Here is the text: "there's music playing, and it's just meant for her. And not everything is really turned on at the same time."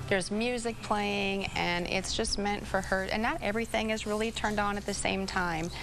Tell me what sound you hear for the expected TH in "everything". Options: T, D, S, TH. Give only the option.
TH